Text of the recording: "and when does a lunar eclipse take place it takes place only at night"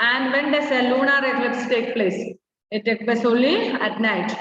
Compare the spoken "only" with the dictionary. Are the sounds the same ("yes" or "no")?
no